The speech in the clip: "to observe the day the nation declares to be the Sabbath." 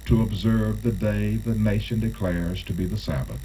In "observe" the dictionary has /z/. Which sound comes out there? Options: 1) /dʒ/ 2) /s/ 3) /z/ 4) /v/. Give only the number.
3